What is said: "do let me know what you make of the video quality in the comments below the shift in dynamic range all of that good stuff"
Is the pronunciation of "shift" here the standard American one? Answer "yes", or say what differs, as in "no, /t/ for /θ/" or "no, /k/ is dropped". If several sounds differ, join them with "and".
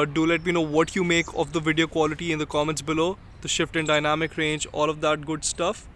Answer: yes